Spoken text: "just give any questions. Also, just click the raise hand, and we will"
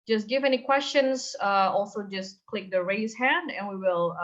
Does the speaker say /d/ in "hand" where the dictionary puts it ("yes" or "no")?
yes